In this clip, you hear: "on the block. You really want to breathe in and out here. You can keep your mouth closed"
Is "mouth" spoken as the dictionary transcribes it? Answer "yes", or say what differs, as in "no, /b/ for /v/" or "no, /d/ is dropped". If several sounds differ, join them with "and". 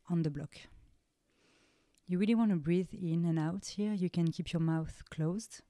yes